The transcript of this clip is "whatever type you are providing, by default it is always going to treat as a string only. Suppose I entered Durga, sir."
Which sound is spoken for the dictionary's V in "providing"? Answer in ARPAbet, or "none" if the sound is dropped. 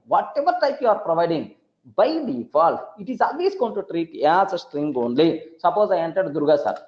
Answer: V